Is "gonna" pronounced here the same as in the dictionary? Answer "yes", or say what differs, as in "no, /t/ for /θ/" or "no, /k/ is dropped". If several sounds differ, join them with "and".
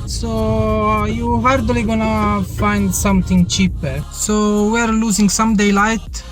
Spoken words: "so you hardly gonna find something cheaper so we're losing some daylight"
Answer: yes